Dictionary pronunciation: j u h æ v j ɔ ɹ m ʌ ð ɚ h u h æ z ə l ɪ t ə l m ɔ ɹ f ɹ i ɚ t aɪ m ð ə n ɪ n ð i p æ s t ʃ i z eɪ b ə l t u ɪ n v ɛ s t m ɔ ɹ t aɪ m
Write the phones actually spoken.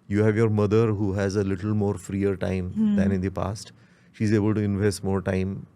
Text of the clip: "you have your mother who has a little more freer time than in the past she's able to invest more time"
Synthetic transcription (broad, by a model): j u h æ v j ɔ ɹ m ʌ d ɚ h u h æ z ə l ɪ t ə l m ɔ ɹ f ɹ i ɚ t aɪ m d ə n ɪ n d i p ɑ s t ʃ i z eɪ b ə l t u ɪ n v ɛ s t m ɔ ɹ t aɪ m